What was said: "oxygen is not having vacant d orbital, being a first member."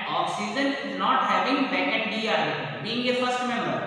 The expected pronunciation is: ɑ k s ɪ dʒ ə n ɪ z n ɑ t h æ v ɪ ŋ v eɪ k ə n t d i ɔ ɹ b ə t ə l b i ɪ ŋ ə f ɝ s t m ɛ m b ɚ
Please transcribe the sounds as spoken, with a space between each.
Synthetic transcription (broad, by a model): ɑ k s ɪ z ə n ɪ z n ɑ t h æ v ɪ ŋ b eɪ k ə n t d i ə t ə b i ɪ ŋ ə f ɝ s t m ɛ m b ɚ